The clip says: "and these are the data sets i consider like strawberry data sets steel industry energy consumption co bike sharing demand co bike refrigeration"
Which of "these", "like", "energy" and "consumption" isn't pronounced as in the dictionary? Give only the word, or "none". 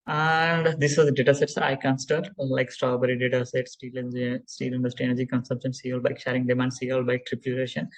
these